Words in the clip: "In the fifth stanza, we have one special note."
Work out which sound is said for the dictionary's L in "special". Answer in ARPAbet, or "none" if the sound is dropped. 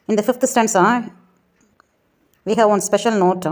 L